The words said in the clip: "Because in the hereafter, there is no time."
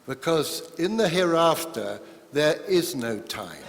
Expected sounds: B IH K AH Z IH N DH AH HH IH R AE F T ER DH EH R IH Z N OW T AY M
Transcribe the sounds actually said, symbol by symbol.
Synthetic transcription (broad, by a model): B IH K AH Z IH N DH AH HH IH R AE F T ER DH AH R IH Z N OW T AY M